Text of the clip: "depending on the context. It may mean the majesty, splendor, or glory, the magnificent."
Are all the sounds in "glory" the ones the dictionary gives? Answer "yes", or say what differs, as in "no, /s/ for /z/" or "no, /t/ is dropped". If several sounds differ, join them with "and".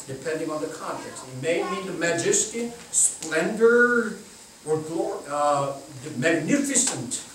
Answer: no, /l/ is dropped